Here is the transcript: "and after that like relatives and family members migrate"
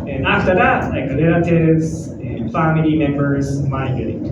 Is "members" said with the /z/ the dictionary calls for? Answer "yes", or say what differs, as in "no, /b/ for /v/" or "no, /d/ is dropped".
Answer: yes